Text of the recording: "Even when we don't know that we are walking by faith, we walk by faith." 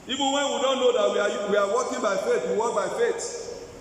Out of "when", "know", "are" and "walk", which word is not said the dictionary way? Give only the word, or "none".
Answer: are